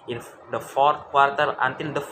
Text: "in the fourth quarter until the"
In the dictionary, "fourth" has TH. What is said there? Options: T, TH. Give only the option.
T